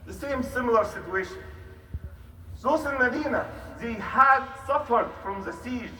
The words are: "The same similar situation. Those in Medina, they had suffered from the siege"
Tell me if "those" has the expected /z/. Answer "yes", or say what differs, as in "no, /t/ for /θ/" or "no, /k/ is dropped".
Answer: no, /s/ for /z/